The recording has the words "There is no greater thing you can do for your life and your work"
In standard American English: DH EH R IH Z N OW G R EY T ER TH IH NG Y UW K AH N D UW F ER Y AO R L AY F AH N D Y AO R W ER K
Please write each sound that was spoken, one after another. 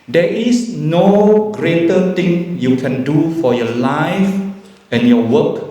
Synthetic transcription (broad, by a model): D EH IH S N OW G R EY T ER T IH NG Y UW K AH N D UW F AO Y AO L AY F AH N Y AO W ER K